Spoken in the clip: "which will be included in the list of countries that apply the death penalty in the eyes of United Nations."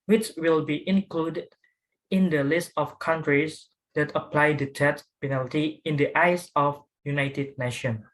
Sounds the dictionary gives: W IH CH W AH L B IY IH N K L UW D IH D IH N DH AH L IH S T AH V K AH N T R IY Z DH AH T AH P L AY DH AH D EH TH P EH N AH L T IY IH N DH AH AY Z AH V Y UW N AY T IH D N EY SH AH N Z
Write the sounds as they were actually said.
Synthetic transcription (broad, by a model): W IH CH W AH L B IY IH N K L UW D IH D IH N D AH L IH S T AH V K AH N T R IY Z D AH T AH P L AY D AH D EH S P EH N AH L T IY IH N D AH AY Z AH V Y UW N AY T IH D N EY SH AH N